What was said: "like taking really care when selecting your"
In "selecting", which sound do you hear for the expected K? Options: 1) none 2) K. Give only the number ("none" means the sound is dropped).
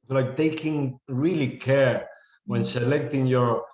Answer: 2